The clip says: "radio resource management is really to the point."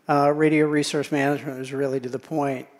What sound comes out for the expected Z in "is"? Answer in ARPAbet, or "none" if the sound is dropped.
Z